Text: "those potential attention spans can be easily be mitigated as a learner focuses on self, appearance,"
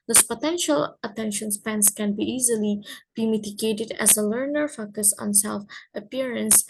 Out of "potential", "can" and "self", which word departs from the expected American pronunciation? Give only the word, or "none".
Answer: none